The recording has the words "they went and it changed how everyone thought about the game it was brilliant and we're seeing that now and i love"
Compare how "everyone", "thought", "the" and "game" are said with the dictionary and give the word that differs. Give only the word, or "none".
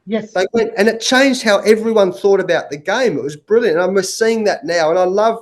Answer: none